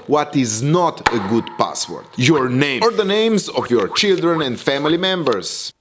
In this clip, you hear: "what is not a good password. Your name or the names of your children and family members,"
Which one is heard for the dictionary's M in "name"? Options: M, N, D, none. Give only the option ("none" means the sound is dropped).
none